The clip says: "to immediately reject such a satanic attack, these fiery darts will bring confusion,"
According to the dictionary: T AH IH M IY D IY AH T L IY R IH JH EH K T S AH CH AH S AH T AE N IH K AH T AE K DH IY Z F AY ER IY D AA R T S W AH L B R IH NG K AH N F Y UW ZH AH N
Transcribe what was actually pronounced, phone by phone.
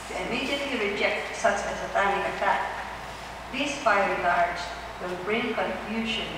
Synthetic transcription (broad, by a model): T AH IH M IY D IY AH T L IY R IH JH EH K T S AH S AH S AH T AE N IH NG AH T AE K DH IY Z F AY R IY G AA R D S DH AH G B R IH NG K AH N F Y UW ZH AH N